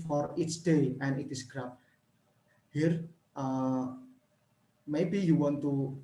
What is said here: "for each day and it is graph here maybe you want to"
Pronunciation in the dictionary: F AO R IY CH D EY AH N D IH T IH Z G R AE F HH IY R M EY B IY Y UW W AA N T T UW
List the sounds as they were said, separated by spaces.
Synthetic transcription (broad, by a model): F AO R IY S D EY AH N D IH T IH S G R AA P HH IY R M EY B IY Y UW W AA N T T UW